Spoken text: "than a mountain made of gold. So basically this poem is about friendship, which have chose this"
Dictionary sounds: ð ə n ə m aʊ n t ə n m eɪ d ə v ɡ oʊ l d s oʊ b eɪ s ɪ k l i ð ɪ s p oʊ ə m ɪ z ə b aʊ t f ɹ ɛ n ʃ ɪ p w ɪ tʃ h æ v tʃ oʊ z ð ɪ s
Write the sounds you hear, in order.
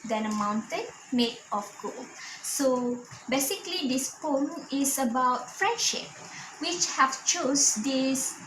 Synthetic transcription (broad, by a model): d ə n ə m aʊ n t ə n m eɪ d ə f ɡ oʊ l s oʊ b eɪ s ɪ k l i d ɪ s p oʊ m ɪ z ə b aʊ t f ɹ ɛ n ʃ ɪ p w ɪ tʃ h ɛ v tʃ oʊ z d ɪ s